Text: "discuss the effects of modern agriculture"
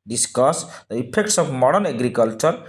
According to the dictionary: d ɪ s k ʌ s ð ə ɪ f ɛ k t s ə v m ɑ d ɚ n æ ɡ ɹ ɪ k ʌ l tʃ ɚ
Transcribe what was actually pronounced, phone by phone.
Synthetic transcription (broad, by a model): d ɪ s k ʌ s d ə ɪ p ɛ k t s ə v m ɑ d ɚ n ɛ ɡ ɹ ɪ k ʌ l tʃ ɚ